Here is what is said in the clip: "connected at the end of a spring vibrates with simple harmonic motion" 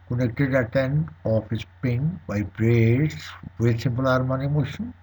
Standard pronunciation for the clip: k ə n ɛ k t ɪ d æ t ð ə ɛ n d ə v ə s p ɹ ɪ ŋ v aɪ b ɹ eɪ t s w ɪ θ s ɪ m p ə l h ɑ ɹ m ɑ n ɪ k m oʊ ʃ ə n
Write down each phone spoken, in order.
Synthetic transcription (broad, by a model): k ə n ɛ k t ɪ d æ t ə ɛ n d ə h ə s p ɪ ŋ b aɪ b ɹ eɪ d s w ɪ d s ɪ m p ə l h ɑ ɹ m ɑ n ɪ m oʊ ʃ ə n